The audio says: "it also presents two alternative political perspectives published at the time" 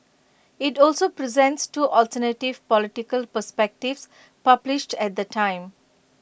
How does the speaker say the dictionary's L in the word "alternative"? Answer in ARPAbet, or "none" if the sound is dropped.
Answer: L